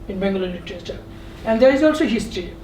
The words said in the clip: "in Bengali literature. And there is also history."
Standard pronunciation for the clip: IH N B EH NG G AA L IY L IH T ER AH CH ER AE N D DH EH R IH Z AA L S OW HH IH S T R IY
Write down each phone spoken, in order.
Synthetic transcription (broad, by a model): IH N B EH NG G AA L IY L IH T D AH S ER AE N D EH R IH Z AA L S OW HH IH S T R IY